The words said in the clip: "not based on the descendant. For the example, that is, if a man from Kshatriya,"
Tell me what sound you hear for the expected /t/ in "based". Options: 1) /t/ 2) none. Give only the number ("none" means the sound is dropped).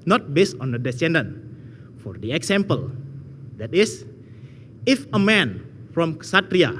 1